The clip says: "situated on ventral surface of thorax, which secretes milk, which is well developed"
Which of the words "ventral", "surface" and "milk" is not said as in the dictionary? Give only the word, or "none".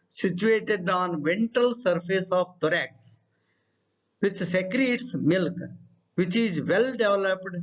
ventral